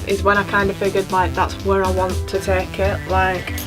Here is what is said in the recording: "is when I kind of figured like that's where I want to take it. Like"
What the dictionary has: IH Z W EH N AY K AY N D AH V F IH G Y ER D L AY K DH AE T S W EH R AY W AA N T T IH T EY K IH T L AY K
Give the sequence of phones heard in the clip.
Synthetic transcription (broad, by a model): IH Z W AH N AY K AY N D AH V F IH G Y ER D L AY K DH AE T S W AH R AY W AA N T T IH T EY K IH T L AY K